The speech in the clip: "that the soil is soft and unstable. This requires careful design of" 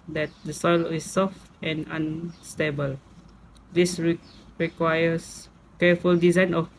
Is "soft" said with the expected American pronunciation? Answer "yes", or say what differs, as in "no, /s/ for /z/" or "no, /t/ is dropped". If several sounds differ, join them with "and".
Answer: yes